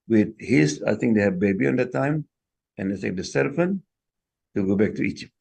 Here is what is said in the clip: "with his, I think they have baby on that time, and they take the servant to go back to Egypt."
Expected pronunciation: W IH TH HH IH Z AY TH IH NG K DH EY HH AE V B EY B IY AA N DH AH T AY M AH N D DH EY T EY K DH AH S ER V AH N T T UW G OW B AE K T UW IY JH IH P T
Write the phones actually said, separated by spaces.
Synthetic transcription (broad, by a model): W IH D HH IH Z AY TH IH NG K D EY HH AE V B EY B IY AA N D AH T AY M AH N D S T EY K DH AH S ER F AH N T T UW G OW B AE K T UW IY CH